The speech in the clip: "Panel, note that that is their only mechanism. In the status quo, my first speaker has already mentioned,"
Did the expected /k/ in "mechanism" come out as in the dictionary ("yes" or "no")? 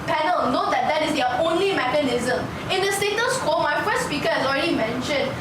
yes